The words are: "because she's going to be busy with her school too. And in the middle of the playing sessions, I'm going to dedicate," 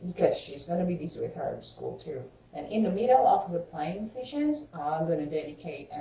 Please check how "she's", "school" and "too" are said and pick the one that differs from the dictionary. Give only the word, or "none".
none